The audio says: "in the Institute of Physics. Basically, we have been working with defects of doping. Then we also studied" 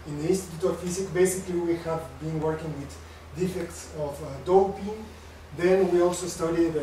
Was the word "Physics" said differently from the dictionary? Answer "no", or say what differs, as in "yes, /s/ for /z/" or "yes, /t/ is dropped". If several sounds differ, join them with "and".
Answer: yes, /s/ is dropped